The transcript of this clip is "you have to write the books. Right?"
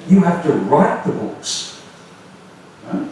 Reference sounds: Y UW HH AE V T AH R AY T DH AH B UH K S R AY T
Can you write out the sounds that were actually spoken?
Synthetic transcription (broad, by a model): Y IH HH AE F T AH R AY T DH AH B UH K S